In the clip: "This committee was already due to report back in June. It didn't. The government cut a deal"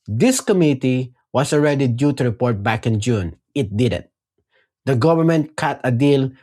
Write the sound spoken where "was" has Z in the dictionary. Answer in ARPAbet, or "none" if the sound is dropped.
S